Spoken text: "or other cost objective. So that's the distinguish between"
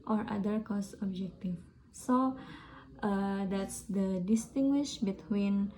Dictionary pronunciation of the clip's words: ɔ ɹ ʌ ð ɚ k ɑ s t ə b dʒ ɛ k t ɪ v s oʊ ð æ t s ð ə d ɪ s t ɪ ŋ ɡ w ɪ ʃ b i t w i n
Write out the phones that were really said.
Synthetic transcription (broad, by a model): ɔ ɹ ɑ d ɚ k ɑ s ə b dʒ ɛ k t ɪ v s oʊ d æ t s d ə d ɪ s t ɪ ŋ ɡ w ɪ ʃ b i t w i n